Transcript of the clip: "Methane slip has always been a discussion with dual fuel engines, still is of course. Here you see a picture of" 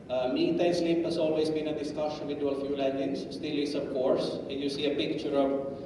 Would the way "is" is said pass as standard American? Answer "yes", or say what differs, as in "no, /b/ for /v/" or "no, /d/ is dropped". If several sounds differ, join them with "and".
no, /s/ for /z/